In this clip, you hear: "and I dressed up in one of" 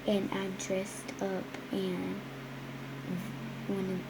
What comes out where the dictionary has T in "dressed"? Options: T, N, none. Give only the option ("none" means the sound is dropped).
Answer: T